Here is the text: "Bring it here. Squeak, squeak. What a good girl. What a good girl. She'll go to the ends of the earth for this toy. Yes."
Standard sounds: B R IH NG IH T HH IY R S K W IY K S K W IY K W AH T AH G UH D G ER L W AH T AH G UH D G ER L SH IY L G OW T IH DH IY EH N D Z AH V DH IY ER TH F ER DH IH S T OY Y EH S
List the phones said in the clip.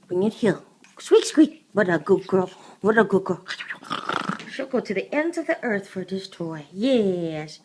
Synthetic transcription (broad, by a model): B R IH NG IH T HH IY L S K W IY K S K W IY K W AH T AH G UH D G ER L W AH T AH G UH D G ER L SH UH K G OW T IH DH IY EH N D Z AH V DH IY ER TH F ER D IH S T OY Y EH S